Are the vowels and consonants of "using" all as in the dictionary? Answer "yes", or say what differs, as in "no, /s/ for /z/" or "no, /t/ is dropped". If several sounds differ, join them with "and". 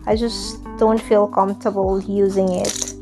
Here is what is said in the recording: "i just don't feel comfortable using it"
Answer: yes